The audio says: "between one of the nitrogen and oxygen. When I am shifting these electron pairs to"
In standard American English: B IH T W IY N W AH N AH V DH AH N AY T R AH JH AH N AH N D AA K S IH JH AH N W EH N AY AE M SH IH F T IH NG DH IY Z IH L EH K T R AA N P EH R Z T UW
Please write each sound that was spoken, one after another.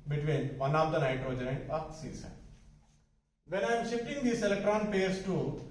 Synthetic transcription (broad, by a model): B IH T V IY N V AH N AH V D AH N AY T AH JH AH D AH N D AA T S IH Z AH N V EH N AY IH M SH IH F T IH NG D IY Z IH L EH K T R AA N P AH R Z T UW